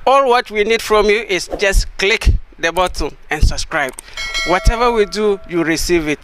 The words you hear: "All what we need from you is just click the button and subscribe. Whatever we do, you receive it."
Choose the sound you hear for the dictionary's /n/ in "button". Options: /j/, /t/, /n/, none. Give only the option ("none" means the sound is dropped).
none